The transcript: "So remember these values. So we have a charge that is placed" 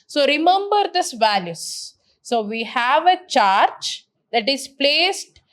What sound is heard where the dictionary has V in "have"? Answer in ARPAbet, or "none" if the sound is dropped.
V